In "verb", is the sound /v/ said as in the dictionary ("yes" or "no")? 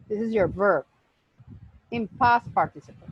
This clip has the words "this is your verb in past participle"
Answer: yes